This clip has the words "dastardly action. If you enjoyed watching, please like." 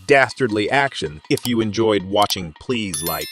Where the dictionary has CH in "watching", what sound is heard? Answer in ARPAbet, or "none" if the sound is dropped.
CH